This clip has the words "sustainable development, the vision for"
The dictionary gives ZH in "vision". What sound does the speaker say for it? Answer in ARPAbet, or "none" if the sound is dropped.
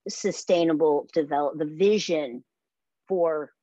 ZH